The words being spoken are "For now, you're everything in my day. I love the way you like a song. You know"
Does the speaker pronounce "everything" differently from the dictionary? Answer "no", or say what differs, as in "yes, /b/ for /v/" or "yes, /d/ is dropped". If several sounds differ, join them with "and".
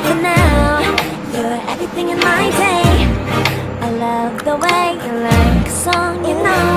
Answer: no